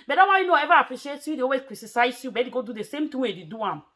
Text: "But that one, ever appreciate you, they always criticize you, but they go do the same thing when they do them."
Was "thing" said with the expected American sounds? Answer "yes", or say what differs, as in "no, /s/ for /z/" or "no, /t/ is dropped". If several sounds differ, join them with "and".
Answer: no, /t/ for /θ/